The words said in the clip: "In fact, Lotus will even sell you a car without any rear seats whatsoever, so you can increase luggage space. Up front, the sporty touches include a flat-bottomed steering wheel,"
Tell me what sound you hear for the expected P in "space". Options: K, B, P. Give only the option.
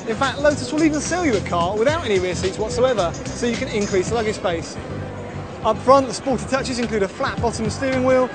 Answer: B